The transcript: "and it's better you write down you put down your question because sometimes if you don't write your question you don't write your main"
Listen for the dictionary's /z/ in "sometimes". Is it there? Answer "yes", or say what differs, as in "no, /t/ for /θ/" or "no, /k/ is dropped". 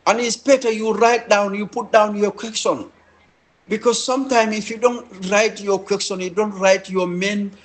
no, /z/ is dropped